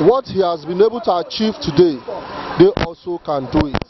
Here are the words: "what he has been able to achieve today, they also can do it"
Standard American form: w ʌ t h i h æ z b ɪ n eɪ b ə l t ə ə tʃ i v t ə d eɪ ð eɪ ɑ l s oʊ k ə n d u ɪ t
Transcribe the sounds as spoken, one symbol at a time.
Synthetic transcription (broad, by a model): w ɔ t h i h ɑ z b ɪ n eɪ b ə l t ə ə tʃ i v t ə d eɪ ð eɪ ɑ l s oʊ k ə n d u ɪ t